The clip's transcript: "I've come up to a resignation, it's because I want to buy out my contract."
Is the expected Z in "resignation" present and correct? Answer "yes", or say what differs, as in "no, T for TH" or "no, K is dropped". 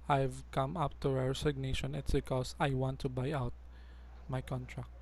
no, S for Z